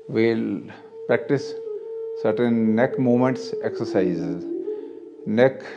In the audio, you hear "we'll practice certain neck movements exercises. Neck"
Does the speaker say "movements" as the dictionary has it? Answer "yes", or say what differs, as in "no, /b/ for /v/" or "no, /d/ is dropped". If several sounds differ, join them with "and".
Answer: no, /v/ is dropped